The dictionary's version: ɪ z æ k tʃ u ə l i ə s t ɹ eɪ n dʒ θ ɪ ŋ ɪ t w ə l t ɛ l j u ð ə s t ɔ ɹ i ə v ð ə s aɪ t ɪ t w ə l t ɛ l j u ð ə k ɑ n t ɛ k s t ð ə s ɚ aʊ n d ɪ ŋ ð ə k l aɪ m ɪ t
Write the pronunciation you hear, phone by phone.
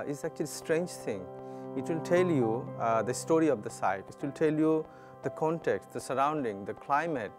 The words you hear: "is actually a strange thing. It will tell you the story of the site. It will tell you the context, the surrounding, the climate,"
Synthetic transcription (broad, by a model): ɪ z æ k tʃ u ə l i s t ɹ eɪ n dʒ t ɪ ŋ ɪ t w ə l t ɛ l j u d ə s t ɔ ɹ i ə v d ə s aɪ t ɪ t w ə l t ɛ l j u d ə k ɑ n t ɛ k s t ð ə s ɚ aʊ n d ɪ ŋ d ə k l aɪ m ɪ t